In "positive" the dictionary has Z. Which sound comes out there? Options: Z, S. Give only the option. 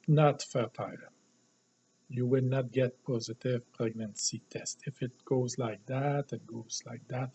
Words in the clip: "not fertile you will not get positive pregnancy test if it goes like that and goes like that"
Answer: Z